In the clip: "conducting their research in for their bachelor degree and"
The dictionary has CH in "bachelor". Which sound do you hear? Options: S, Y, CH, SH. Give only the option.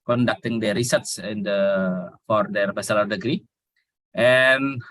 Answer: S